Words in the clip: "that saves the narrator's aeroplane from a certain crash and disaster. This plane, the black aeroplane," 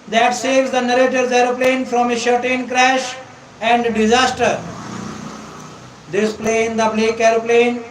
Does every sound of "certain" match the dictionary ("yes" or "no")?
no